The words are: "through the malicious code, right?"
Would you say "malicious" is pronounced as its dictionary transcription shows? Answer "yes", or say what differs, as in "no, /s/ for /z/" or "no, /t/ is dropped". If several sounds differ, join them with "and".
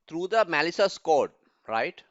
no, /s/ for /ʃ/